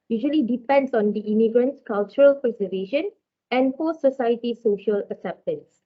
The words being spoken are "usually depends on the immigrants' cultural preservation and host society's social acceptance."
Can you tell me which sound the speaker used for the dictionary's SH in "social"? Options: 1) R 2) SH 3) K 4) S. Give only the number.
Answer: 2